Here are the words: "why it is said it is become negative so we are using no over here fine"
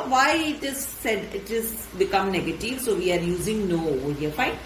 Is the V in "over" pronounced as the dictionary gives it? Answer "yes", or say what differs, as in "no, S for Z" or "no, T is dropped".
no, V is dropped